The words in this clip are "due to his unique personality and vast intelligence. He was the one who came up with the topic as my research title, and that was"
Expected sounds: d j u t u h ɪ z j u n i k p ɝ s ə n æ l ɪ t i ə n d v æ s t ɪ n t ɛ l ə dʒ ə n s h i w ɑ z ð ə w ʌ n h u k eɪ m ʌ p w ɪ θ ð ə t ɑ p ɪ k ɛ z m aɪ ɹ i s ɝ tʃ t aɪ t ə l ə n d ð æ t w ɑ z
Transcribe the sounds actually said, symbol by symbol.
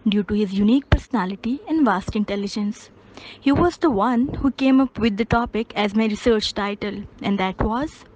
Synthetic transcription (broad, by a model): d j u t u h ɪ z j u n i k p ɝ s ə n æ l ɪ t i ə n d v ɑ s t ɪ n t ɛ l ə dʒ ə n s h i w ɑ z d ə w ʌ n h u k eɪ m ʌ p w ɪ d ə t ɑ p ɪ k ɛ z m aɪ ɹ i s ɝ tʃ t aɪ t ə l ə n d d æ t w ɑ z